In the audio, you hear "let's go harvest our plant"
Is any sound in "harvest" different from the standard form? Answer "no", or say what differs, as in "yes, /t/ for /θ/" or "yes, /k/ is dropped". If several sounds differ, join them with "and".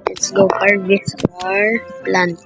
yes, /t/ is dropped